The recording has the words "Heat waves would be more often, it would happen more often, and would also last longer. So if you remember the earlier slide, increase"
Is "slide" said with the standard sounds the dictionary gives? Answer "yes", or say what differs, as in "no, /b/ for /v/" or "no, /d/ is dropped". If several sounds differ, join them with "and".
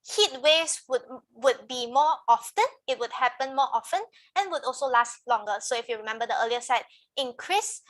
no, /l/ is dropped